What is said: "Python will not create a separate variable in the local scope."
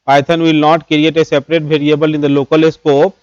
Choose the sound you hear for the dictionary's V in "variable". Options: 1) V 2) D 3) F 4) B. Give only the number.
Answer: 4